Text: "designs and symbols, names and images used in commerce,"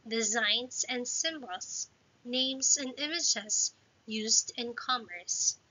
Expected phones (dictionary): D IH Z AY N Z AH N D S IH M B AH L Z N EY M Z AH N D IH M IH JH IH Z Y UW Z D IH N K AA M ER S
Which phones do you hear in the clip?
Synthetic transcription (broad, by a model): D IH Z AY N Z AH N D S IH M B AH L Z N EY M Z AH N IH M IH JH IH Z Y UW Z D IH N K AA M ER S